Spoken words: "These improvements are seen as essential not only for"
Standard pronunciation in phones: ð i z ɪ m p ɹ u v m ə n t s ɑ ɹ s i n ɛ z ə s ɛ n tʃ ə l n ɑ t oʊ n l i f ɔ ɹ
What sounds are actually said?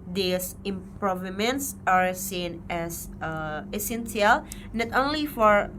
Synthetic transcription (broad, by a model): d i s ɪ m p ɹ u v m ə n t s ɑ ɹ s i n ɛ s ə s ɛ n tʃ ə l n ɑ t oʊ n l i f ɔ ɹ